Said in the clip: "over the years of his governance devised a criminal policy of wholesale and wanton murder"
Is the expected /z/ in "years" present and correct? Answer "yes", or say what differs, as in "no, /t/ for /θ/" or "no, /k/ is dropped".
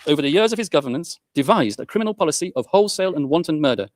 yes